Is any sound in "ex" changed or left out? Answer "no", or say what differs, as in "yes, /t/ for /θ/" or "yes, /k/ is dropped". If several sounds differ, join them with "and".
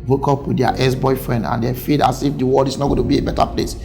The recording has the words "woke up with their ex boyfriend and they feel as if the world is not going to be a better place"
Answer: yes, /k/ is dropped